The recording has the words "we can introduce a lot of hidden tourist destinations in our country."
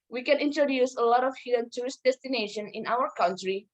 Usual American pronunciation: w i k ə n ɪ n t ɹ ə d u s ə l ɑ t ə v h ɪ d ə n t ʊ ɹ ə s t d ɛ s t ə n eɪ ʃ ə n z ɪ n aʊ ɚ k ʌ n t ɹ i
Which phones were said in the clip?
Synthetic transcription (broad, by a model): w i k ə n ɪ n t ɹ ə d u s ə l ɑ t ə f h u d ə n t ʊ ɹ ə s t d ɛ s t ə n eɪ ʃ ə n ɪ n aʊ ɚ k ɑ n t ɹ i